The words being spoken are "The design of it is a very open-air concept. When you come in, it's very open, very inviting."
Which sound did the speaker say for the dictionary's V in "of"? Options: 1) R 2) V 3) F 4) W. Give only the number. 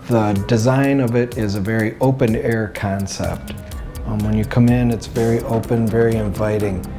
2